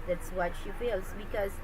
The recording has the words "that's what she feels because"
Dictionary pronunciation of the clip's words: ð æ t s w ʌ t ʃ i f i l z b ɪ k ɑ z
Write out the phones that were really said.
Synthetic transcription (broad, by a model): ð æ t s w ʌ t ʃ i f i l s b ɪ k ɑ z